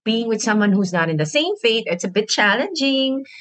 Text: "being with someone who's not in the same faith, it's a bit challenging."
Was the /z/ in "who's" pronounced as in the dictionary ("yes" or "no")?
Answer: yes